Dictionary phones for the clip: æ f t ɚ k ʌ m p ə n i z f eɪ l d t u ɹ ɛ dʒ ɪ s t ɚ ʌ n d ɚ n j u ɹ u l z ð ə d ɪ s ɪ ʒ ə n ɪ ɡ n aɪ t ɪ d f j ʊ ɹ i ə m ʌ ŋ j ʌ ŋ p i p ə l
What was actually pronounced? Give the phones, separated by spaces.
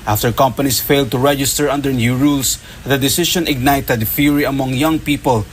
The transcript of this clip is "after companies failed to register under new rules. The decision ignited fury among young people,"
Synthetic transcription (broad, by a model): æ f t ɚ k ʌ m p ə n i s f eɪ l d t u ɹ ɛ dʒ ɪ s t ɚ ʌ n d ɚ n j u ɹ u l s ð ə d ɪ s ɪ ʃ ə n ɪ ɡ n aɪ t ɪ d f j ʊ ɹ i ə m ʌ ŋ j ʌ ŋ p i p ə l